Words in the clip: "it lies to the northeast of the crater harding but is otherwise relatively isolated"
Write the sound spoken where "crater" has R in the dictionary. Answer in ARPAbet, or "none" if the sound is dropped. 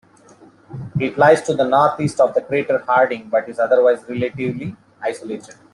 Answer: R